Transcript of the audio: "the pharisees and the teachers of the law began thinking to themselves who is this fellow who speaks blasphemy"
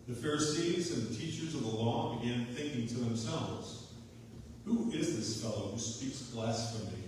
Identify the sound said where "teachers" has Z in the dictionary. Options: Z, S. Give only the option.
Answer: Z